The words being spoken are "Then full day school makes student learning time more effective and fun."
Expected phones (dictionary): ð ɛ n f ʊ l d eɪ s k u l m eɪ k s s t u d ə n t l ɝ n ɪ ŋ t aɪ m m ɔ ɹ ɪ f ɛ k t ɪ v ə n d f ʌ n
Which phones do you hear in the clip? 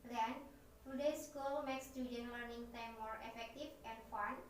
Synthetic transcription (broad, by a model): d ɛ n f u d eɪ s k u l m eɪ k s s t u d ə n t l ɝ n ɪ ŋ t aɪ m m ɔ ɹ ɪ f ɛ k t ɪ f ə n f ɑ n